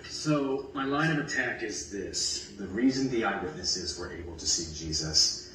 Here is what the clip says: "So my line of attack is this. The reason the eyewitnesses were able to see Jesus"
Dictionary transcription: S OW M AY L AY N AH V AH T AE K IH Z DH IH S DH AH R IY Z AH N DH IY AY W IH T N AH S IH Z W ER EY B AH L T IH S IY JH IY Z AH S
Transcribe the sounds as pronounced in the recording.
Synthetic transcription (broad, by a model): S OW M AY L AY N AH V AH T AE K IH Z DH IH S DH AH R IY Z AH N DH IY AY W IH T N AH S IH Z W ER EY B L T IH S IY JH IY Z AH S